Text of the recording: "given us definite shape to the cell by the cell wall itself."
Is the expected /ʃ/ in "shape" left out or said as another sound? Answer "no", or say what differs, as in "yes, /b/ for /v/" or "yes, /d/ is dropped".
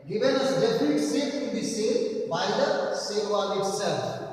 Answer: yes, /s/ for /ʃ/